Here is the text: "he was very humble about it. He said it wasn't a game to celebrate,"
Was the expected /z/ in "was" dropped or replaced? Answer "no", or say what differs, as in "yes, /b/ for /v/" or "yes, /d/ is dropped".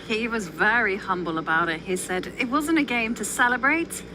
no